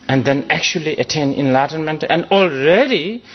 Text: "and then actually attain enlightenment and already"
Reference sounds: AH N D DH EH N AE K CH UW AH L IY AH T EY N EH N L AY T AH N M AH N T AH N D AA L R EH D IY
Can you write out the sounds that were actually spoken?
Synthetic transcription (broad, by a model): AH N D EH N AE K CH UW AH L IY AH T EY N EH N L AY T AH N M AH N T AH N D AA L R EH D IY